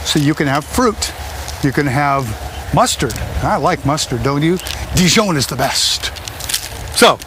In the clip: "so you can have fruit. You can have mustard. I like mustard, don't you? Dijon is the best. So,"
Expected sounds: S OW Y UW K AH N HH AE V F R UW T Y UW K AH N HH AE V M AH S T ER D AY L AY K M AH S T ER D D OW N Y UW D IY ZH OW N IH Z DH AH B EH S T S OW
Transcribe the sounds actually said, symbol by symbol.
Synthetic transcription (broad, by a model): S OW Y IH K AH N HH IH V F R UW T Y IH K AH N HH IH V M AH S T ER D AY L AY K M AH S T ER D D OW N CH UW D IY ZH OW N IH Z DH AH B EH S T S OW